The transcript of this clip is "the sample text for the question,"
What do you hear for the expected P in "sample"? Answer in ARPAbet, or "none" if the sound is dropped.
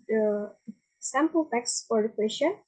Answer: P